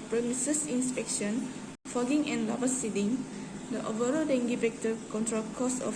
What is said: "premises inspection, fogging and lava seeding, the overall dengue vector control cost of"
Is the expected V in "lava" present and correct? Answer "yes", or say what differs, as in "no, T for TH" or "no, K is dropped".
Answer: no, B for V